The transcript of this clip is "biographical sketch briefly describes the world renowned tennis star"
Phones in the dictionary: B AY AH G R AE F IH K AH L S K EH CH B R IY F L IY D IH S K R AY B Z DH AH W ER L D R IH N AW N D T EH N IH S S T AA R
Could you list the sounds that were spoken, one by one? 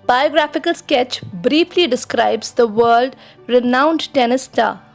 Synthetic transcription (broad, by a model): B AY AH G R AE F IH K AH L S K EH CH B R IY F L IY D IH S K R AY B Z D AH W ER L D R IH N AW N D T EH N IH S S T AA